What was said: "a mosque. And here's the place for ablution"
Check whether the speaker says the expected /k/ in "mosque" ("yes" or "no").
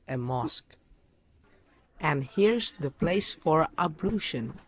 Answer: yes